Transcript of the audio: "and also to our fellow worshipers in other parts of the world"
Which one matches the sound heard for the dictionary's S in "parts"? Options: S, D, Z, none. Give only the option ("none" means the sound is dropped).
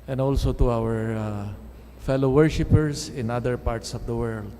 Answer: S